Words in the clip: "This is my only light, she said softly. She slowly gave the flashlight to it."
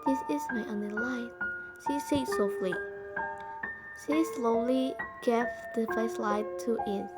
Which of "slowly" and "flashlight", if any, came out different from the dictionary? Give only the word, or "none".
flashlight